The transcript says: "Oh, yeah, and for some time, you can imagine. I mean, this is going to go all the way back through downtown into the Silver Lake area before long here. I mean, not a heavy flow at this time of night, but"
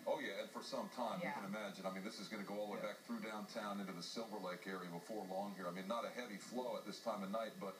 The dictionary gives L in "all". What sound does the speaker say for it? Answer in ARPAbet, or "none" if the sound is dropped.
L